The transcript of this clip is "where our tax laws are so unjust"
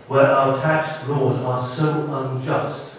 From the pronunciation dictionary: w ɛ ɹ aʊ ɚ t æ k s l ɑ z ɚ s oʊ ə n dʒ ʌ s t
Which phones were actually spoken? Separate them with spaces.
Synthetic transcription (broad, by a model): w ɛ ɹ aʊ ɚ t æ k s l ɑ z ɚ s oʊ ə n dʒ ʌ s t